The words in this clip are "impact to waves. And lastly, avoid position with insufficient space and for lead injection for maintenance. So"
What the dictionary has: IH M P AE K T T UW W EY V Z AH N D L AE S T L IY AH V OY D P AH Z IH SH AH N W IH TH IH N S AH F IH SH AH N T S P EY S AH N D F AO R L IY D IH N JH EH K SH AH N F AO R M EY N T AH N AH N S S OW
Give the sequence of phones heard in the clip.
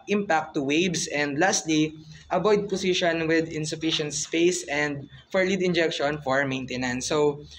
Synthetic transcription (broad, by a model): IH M P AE K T T UW W EY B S AH N D L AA S T L IY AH B OY D P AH S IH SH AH N W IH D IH N S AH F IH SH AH N T S P EY S AH N D F AO R L IY D IH N JH EH K SH AH N F AO R M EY N T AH N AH N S S OW